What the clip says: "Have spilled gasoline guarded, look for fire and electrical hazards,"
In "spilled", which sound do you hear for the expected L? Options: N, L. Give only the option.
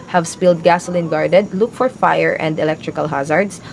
L